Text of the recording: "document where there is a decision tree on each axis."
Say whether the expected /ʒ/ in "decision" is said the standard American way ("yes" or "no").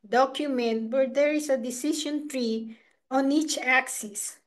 no